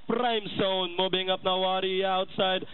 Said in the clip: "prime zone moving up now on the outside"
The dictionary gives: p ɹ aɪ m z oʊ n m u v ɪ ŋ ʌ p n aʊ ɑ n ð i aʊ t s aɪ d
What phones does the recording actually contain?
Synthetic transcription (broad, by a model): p ɹ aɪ m s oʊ n m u b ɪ ŋ ʌ p n aʊ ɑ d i aʊ t s aɪ d